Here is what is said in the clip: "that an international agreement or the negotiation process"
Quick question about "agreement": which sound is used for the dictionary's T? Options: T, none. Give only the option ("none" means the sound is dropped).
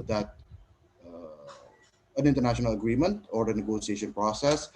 T